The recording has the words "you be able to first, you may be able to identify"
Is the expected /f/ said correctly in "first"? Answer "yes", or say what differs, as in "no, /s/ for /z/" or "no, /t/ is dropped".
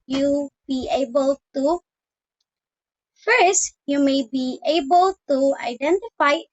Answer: yes